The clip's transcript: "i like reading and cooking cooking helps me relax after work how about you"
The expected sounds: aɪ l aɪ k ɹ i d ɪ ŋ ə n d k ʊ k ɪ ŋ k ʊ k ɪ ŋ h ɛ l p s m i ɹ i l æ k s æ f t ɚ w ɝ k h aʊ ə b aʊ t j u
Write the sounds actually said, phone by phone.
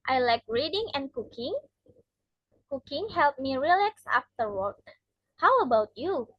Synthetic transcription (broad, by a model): aɪ l aɪ k ɹ i d ɪ ŋ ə n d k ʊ k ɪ ŋ k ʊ k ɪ ŋ h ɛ l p m i ɹ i l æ k s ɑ f t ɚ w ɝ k h aʊ ə b aʊ t j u